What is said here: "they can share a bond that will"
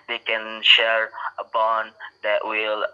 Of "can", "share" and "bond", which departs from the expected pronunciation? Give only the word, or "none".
none